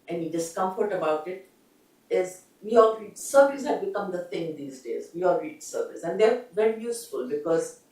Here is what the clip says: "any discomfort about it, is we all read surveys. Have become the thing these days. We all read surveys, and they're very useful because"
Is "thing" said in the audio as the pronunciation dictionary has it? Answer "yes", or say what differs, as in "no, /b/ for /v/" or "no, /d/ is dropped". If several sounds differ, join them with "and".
no, /t/ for /θ/